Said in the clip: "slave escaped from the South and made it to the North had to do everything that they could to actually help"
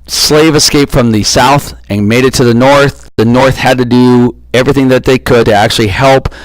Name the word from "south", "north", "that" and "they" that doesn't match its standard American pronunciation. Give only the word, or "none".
none